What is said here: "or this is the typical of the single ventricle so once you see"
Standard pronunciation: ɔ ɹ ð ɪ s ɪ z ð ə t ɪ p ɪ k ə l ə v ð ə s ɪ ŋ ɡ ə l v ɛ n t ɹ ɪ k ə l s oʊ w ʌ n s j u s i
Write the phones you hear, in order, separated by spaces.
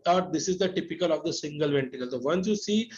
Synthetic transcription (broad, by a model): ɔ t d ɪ s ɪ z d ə t ɪ p ɪ k ə l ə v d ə s ɪ ŋ ɡ ə l v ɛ n t ɪ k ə l s oʊ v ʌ n s j u s i